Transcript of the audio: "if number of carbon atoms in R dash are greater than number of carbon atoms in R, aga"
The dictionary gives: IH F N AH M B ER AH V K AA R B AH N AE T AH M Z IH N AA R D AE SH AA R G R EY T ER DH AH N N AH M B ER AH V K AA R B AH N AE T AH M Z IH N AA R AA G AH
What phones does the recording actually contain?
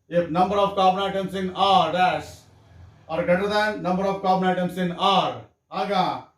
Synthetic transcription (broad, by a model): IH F N AH M B ER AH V K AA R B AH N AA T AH M S IH N AA R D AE S AA R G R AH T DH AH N N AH M B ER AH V K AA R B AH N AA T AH M S IH N AA R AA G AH